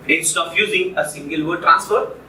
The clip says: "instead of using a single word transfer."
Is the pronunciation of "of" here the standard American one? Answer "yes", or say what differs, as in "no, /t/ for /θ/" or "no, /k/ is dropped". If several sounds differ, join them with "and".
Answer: no, /p/ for /v/